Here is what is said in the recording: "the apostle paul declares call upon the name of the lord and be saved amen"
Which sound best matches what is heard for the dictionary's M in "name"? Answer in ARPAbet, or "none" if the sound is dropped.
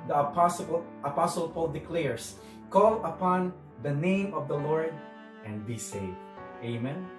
M